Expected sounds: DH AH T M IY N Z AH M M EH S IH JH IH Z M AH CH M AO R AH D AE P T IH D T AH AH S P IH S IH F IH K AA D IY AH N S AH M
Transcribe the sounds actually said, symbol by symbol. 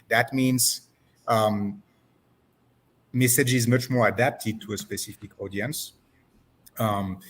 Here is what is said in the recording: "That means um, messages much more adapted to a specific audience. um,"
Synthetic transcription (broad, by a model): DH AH T M IY N Z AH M M EH S IH JH IH Z M AH CH M AO R AH D AE P T IH D T AH AH S P IH S IH F IH K AA D IY AH N S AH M